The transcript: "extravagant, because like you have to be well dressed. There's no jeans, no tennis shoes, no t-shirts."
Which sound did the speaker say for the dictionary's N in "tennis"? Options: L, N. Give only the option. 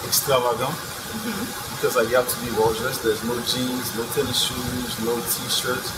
L